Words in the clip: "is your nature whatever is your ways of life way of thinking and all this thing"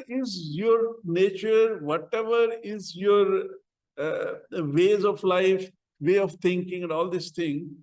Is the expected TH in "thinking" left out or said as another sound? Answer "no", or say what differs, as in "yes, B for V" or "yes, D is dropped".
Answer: yes, T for TH